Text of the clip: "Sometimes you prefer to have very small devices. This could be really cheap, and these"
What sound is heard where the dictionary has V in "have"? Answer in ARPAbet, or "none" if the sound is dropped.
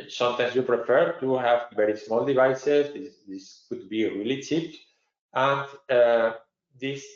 V